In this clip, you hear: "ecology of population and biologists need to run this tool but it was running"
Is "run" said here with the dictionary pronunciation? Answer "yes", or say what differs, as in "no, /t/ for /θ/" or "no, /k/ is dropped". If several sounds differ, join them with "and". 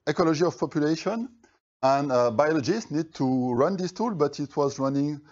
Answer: yes